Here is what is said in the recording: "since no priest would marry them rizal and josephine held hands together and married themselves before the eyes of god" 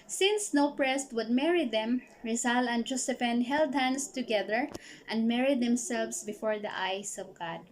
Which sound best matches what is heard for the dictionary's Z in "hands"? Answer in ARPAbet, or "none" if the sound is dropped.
S